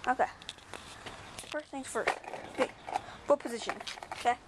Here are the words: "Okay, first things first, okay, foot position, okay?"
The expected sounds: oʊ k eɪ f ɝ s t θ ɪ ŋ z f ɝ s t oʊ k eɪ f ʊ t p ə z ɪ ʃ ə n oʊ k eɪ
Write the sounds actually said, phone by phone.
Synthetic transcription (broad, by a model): oʊ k eɪ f ɝ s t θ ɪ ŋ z f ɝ s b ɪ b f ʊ p ə z ɪ ʃ ə n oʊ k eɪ